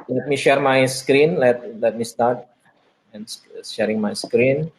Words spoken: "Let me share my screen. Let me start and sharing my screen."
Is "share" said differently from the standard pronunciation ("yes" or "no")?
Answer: no